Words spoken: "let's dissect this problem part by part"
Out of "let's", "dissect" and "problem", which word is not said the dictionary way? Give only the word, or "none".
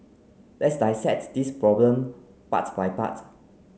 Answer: dissect